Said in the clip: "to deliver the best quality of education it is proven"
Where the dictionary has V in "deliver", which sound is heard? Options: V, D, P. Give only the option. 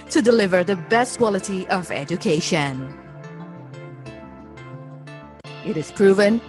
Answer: V